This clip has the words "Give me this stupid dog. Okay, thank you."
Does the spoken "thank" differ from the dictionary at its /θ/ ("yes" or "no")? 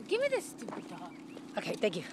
yes